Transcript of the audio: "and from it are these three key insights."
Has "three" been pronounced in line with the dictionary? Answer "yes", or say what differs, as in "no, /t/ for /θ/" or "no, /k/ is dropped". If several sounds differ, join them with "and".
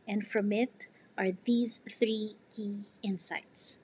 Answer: yes